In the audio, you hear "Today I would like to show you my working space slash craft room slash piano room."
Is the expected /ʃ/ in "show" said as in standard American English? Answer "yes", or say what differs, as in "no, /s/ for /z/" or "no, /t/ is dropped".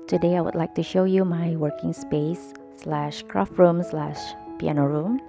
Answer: yes